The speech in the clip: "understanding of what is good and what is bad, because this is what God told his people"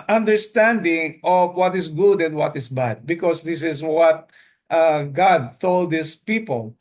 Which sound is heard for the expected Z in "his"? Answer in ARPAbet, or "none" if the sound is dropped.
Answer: S